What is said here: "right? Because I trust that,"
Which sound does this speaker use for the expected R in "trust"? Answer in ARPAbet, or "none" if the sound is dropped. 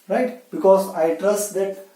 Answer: R